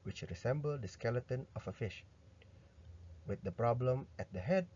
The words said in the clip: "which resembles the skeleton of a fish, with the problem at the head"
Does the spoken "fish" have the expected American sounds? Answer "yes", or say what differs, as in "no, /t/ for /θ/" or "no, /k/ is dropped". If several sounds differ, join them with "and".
yes